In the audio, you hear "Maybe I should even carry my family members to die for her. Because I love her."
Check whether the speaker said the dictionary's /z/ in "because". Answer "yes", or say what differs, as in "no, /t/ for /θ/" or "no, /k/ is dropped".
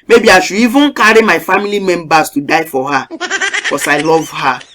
no, /s/ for /z/